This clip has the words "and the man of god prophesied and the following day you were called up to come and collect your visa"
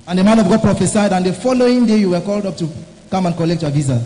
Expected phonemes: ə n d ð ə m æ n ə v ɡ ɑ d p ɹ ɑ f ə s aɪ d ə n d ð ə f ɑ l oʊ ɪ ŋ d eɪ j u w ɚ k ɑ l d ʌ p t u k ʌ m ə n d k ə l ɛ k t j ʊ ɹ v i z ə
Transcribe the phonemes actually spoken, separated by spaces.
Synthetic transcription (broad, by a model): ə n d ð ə m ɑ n ə v ɡ ɑ d p ɹ ɑ f ə s aɪ d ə n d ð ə f ɑ l oʊ ɪ ŋ d eɪ j u w ɚ k ɑ l d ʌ p t u k ʌ m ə n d k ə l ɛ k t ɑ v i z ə